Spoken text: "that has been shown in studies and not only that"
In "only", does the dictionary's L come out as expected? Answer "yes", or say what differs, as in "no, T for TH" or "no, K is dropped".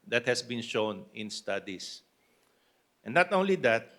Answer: yes